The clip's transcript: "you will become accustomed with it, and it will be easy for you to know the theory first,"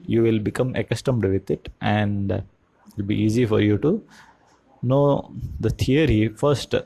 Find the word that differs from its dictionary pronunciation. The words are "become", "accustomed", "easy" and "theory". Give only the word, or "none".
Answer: theory